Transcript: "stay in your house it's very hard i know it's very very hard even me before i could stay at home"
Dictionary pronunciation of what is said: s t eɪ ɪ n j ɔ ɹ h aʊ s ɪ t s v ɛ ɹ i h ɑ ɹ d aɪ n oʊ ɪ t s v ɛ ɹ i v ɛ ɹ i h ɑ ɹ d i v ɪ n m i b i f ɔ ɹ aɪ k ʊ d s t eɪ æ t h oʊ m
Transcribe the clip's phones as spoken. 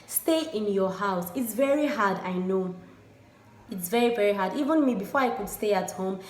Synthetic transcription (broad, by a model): s t eɪ ɪ n j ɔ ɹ h aʊ s ɪ t s v ɛ ɹ i h ɑ d aɪ n oʊ ɪ t s v ɛ ɹ i v ɛ ɹ i h ɑ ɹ d i v ɪ n m i b i f ɔ ɹ aɪ k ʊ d s t eɪ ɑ t h oʊ m